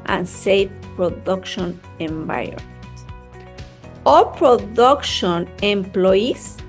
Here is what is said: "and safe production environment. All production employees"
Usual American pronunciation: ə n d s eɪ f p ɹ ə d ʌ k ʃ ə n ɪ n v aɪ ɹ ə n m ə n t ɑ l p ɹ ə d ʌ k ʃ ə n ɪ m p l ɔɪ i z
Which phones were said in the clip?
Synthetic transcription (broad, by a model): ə n s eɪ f p ɹ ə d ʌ k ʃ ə n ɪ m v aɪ ə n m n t ɑ l p ɹ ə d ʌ k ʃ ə n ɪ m p l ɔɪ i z